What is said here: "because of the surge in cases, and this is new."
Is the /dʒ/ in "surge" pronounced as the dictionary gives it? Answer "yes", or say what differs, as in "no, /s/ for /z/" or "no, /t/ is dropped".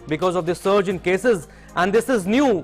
yes